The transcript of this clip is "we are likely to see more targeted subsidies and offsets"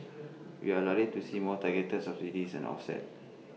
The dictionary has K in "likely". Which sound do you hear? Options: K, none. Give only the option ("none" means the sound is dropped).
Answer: none